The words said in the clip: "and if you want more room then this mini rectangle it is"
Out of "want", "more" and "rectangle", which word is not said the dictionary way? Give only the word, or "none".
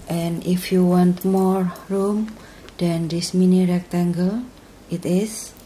none